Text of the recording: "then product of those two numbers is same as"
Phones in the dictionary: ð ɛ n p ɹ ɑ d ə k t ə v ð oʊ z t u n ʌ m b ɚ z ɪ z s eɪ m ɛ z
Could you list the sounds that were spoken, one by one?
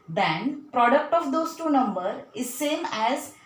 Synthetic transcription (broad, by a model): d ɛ n p ɹ ɑ d ə k t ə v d oʊ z t u n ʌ m b ɚ ɪ z s eɪ m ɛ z